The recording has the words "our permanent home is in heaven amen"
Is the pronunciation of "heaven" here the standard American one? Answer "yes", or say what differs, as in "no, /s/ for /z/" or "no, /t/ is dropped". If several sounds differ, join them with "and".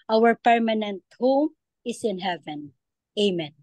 yes